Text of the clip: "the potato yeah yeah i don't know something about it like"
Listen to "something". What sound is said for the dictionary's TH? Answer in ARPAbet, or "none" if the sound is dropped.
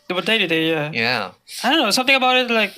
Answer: T